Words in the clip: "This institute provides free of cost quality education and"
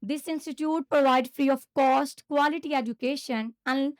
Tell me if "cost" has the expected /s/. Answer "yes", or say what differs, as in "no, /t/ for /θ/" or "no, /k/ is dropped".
yes